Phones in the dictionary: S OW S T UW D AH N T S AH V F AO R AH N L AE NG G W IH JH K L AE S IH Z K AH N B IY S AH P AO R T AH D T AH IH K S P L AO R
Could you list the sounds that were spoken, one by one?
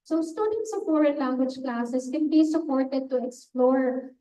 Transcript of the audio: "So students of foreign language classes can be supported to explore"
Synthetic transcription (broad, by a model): S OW S T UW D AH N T S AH F AO R AH N L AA NG G W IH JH K L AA S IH S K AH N B IY S AH P AO R T AH D T AH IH K S P L AO R